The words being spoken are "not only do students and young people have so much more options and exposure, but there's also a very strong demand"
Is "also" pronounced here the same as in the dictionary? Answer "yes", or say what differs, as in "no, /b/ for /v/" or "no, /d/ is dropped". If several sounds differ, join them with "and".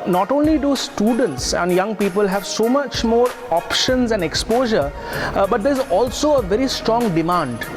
yes